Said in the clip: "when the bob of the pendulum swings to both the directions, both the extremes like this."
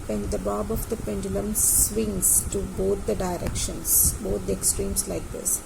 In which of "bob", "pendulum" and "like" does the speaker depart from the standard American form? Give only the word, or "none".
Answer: none